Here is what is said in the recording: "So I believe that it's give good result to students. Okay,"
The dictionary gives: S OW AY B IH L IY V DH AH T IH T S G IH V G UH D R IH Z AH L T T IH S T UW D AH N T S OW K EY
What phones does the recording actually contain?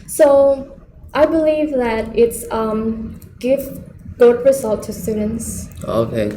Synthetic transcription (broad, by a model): S OW AY B IH L IY V DH AH T IH T S G IH V G UH D R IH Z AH L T T IH S T UW D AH N T S OW K EY